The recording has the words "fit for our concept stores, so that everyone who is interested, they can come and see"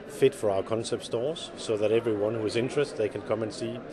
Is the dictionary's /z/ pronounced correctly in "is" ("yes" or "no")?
yes